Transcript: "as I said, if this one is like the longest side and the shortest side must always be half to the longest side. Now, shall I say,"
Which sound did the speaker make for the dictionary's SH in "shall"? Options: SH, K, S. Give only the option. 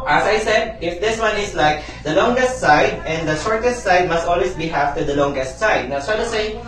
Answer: S